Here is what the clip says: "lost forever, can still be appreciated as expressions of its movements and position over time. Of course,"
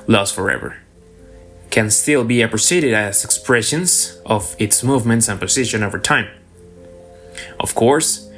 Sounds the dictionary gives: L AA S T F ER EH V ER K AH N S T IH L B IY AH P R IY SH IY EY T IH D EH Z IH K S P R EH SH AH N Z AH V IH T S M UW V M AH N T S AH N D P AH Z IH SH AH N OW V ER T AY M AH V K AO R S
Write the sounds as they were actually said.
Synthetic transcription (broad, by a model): L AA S F ER EH V ER K AH N S T IH L B IY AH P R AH S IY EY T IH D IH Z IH K S P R EH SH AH N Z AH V IH T S M UW V M AH N T S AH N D P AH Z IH SH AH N OW V ER T AY M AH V K AO R S